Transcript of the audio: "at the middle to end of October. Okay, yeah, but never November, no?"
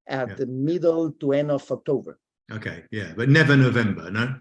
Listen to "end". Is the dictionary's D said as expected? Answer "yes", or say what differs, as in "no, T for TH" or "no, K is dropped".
no, D is dropped